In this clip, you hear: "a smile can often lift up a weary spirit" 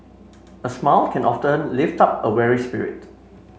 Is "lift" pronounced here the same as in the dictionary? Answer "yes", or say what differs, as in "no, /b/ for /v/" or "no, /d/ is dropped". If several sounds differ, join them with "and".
yes